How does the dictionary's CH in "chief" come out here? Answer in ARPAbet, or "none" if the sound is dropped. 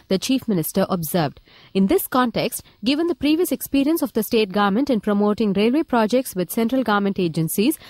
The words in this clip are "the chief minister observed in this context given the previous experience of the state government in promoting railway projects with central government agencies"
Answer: CH